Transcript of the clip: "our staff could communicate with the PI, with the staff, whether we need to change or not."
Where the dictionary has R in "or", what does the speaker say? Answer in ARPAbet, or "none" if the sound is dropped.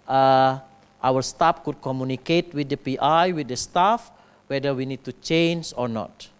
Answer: R